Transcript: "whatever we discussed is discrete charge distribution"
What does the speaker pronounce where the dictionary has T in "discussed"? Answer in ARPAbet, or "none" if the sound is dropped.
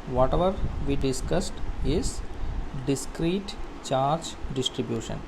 T